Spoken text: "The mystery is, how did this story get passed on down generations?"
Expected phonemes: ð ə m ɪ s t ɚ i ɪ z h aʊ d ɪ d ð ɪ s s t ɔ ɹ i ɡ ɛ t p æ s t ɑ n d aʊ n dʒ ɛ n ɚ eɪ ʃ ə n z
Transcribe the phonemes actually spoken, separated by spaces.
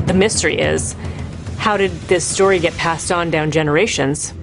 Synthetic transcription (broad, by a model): ð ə m ɪ s t ɚ i ɪ z h aʊ d ɪ d ð ɪ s s t ɔ ɹ i ɡ ɛ t p æ s t n d aʊ n dʒ ɛ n ɚ eɪ ʃ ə n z